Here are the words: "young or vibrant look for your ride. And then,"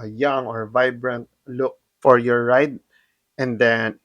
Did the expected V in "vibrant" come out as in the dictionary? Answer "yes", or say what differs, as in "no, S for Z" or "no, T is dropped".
yes